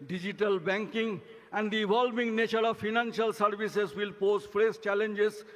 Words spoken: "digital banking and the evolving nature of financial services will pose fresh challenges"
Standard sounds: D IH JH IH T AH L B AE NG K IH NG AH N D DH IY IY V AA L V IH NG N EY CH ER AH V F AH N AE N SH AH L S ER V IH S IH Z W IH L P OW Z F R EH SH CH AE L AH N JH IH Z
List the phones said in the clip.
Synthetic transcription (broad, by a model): D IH JH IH T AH L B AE NG K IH NG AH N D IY IY V AA L V IH NG N EY CH ER AH V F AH N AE N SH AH L S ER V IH S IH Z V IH L P OW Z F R EH S CH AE L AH N JH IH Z